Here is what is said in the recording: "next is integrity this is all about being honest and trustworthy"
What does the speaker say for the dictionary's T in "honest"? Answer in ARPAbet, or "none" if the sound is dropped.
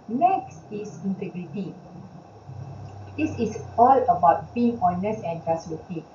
none